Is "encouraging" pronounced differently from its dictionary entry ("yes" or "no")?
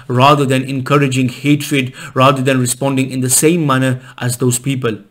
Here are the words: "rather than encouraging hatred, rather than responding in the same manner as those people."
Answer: no